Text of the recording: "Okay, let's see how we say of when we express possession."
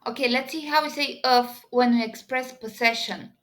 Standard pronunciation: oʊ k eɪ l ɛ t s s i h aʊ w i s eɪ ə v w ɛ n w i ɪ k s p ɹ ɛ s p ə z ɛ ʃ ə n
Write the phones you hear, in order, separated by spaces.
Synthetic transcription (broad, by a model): oʊ k eɪ l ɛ t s s i h aʊ w i s eɪ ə f w ɛ n w i ɪ k s p ɹ ɛ s p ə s ɛ ʃ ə n